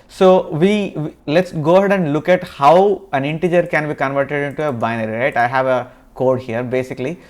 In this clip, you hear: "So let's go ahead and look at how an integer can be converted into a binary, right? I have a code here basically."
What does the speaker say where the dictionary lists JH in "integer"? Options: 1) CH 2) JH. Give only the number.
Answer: 2